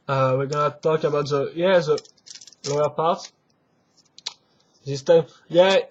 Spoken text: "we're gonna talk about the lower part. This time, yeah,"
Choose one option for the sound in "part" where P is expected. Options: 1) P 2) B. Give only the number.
1